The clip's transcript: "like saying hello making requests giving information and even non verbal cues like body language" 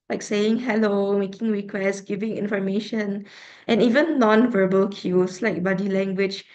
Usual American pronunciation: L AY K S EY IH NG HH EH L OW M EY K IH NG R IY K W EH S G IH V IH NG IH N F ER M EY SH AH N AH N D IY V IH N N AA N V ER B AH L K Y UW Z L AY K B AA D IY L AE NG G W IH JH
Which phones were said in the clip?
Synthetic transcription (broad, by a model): L AY K S EY IH NG HH EH L OW M EY K IH NG R IY K W EH S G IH V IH NG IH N F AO M EY SH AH N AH N IY V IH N N AA N V ER B AH L K Y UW S L AY K B AA D IY L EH NG G W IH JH